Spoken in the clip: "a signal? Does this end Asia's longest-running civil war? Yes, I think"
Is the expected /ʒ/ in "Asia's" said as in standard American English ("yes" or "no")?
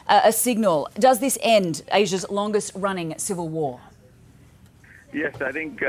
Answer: yes